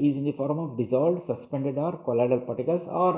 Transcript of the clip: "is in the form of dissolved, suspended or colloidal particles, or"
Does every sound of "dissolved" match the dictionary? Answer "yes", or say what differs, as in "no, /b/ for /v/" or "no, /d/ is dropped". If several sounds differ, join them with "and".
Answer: no, /v/ is dropped